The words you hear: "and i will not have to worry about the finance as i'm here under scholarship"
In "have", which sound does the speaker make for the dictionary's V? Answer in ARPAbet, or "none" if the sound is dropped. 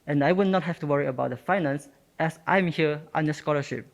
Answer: F